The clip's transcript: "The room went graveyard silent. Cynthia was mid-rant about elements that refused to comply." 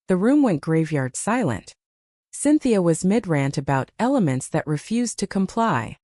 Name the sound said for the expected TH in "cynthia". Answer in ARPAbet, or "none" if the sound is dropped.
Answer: TH